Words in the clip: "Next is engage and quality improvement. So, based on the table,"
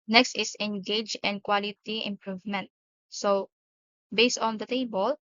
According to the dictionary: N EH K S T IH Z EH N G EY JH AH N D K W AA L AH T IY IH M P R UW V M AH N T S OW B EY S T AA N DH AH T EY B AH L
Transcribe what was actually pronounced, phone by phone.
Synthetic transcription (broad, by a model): N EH K S T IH S EH N G EY JH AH N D K W AA L AH T IY IH M P R UW V M AH N T S OW B EY S T AA N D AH T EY B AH L